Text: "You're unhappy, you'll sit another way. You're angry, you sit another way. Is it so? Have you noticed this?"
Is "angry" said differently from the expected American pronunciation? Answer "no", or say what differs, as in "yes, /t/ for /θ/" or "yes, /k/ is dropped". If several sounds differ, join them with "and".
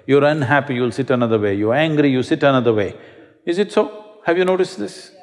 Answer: no